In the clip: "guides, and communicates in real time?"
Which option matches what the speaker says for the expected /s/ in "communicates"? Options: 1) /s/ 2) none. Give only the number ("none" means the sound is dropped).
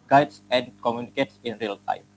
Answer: 1